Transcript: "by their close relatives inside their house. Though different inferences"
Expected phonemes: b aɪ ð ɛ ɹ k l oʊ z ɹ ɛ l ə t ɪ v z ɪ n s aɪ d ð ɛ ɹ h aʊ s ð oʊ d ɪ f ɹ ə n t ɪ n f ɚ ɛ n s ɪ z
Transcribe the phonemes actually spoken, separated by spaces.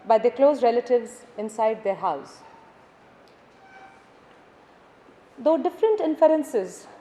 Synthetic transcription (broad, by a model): b aɪ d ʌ k l oʊ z ɹ ɛ l ə t ɪ v z ɪ n s aɪ d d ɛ ɹ h aʊ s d oʊ d ɪ f ɹ ə n t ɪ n f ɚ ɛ n s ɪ z